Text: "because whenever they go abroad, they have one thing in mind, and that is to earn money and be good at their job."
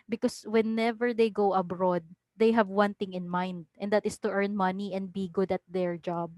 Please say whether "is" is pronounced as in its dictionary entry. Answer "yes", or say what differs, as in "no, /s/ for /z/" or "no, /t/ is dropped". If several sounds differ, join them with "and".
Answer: no, /s/ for /z/